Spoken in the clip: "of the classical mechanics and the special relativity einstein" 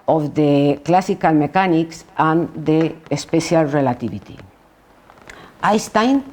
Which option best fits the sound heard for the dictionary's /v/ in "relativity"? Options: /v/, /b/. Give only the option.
/b/